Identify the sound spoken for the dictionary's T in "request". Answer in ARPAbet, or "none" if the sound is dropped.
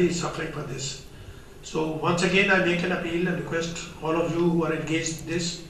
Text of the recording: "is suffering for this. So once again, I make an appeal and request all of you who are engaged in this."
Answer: T